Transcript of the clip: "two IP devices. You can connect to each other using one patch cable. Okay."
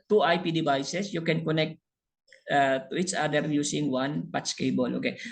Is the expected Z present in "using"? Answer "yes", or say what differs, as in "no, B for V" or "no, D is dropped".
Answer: no, S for Z